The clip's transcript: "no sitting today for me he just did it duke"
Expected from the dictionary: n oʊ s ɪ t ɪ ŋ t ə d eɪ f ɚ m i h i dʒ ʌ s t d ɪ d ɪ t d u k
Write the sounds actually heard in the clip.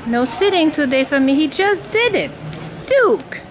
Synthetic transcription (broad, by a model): n oʊ s ɪ t ɪ ŋ t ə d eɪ f ɚ m i h i dʒ ʌ s d ɪ d ɪ t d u k